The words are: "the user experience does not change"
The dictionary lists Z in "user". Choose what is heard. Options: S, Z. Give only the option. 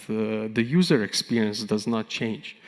Z